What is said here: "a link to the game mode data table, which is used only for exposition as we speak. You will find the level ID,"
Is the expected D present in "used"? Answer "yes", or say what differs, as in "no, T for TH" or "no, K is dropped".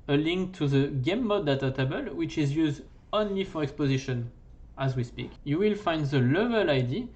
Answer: yes